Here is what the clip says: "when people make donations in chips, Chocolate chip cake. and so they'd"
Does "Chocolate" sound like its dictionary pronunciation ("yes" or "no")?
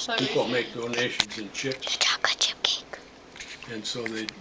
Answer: no